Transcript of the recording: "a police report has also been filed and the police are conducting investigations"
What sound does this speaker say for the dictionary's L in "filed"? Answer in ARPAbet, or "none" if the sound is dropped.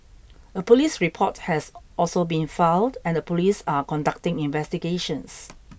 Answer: none